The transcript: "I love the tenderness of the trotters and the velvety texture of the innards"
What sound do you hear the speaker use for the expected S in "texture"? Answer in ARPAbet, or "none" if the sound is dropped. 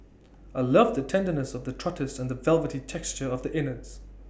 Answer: S